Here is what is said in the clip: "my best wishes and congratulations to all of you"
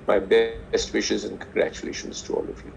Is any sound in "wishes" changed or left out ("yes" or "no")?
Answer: no